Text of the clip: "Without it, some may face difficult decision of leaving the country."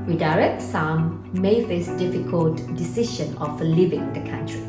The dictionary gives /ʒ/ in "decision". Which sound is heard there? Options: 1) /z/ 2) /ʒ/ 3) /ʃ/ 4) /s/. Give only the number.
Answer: 3